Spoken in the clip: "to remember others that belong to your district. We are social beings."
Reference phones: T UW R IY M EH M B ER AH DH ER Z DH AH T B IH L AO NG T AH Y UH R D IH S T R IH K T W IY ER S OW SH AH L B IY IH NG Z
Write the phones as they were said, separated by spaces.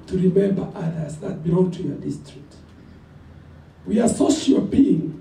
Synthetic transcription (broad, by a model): T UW R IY M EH M B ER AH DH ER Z DH AH T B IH AO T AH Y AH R D IH S T R IH K T W IY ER S OW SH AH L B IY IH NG